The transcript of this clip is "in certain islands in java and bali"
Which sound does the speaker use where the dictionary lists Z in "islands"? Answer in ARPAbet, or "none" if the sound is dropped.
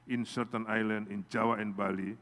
none